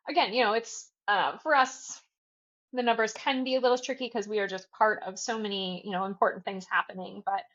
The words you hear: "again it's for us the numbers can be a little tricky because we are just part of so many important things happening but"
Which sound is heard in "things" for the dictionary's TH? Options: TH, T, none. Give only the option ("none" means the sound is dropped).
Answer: TH